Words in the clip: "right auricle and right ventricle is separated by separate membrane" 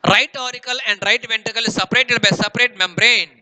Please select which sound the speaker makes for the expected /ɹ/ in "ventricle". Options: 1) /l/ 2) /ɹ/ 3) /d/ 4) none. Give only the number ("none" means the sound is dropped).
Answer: 4